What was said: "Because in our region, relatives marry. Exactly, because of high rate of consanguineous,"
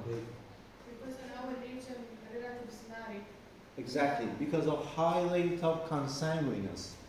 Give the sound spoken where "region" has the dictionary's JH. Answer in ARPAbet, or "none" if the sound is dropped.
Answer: SH